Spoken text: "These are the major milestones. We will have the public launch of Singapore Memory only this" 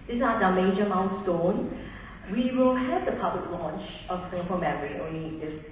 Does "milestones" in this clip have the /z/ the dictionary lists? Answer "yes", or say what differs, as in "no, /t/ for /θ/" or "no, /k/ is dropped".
no, /z/ is dropped